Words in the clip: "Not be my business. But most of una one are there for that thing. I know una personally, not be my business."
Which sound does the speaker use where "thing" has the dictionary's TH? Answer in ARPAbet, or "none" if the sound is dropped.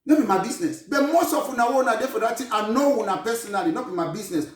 T